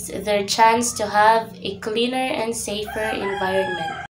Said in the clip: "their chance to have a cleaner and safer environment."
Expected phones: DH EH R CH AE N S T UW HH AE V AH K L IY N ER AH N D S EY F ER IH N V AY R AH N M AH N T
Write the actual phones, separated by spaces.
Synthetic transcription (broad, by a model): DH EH R CH AE N S T UW HH AE V AH K L IY N ER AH N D S EY F ER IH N V AY R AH N M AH N T